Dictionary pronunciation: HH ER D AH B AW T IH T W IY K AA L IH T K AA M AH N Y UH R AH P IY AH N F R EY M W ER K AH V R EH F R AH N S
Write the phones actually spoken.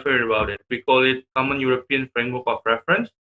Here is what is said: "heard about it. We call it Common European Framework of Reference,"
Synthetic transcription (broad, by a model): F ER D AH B AW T IH T W IY K AA L IH T K AA M AH N Y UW R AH P IY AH N F R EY M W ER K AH P R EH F R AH N S